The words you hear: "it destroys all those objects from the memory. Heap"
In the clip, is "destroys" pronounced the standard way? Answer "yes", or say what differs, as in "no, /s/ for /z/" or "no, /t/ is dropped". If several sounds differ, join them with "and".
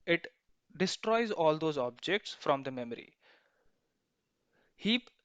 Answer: yes